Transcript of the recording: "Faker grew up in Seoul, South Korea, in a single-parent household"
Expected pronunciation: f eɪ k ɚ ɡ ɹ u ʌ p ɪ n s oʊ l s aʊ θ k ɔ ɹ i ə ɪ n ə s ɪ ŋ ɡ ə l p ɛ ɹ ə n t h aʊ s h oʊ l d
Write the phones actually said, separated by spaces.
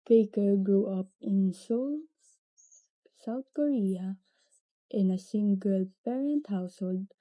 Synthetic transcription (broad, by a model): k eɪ k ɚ ɡ ɹ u ʌ p ɪ n s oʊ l s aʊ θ k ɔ ɹ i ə ɪ n ə s ɪ ŋ ɡ ə l p ɛ ɹ ə n t h aʊ s h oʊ l d